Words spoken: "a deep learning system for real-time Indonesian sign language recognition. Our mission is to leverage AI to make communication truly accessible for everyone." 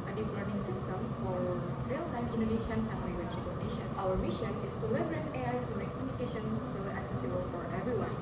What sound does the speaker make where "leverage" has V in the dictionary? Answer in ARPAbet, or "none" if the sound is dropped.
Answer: B